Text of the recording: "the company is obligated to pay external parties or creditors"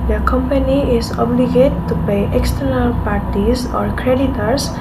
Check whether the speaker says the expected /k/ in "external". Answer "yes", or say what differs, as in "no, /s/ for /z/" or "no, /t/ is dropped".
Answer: yes